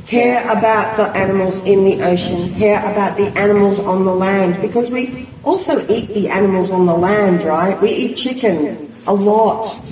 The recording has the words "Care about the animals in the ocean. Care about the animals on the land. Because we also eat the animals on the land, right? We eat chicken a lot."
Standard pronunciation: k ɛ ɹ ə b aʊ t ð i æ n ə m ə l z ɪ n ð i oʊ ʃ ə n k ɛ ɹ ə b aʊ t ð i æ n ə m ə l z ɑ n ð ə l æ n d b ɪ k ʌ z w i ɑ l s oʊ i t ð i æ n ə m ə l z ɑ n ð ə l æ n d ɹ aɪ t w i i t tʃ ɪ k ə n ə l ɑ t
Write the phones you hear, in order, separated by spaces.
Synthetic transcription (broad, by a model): k ɛ ɹ ə b aʊ t ð i æ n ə m l z ɪ n ð i oʊ ʃ ə n k ɛ ɹ ə b aʊ t ð i æ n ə m l z n ð ə l æ n d b ɪ k ʌ z w i ɑ l s oʊ i t ð i æ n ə m l z n ð ə l æ n d ɹ aɪ t w i i t tʃ ɪ k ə n ə l ɑ t